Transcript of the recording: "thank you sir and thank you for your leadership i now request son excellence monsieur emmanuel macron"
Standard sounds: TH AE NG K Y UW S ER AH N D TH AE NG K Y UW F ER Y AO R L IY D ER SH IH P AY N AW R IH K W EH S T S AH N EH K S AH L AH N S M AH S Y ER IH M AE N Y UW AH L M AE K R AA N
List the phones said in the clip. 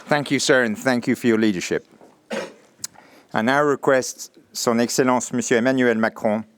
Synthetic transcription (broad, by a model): TH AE NG K Y UW S ER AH N TH AE NG K Y UW F ER Y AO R L IY D ER SH IH P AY N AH R IH K W EH S T S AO N EH K S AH L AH S M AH S Y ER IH M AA N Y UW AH L M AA K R AA